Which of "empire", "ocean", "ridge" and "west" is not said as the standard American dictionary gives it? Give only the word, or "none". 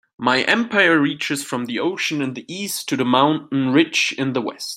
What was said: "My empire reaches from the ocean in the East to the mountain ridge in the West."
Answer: ridge